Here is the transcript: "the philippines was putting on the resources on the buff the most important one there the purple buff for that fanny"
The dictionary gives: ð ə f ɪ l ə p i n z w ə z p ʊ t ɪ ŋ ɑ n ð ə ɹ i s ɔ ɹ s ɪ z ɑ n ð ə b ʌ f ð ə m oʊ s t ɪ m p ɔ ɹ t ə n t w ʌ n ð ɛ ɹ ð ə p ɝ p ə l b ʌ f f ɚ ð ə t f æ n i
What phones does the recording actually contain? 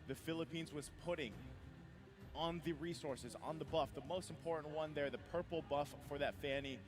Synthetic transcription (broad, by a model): ð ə f ɪ l ə p i n z w ə z p ʊ t ɪ ŋ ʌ n ð ə ɹ i s ɔ ɹ s ɪ z n ð ə b ʌ f ð ə m oʊ s t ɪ m p ɔ ɹ t n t w ʌ n ð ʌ ɹ ð ə p ɝ p l b ʌ f f ɚ ð ə t f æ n i